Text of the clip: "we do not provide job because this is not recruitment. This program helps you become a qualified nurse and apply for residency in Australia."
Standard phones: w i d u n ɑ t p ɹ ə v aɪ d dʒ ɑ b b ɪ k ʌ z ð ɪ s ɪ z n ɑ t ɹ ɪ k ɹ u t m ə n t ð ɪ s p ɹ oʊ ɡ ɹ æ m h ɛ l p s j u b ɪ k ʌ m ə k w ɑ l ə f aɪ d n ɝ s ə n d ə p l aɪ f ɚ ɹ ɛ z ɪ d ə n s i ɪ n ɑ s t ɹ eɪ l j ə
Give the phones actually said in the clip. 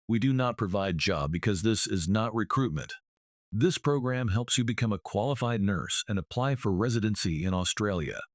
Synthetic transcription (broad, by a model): w i d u n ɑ t p ɹ ə v aɪ d dʒ ɑ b b ɪ k ʌ z ð ɪ s ɪ z n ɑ t ɹ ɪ k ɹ u t m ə n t ð ɪ s p ɹ oʊ ɡ ɹ æ m h ɛ l p s j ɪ b ɪ k ʌ m ə k w ɑ l ə f aɪ d n ɝ s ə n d ə p l aɪ f ɚ ɹ ɛ z ɪ d ə n s i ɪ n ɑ s t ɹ eɪ l j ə